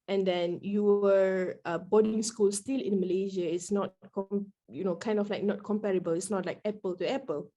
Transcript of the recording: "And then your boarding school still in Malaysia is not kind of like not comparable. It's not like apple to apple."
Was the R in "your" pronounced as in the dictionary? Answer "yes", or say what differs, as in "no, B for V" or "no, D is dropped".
no, W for R